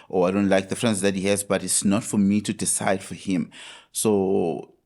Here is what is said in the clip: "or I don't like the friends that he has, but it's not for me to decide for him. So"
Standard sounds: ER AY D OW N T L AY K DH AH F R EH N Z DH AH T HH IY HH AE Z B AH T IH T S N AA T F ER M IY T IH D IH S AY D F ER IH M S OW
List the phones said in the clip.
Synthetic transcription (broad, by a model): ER AY D OW N T L AY K DH AH F R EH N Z DH AH T HH IY HH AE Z B AH T IH T S N AA T F ER M IY T IH D IH S AY D F ER IH M S OW